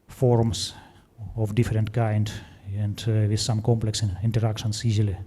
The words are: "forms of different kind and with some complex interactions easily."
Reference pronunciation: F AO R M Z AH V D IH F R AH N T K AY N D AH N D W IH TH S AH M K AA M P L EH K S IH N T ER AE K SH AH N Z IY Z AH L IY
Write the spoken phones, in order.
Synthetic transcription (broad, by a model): F AO R M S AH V D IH F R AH N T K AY N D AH N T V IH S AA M K AA M P L EH K S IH N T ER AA K S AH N S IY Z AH L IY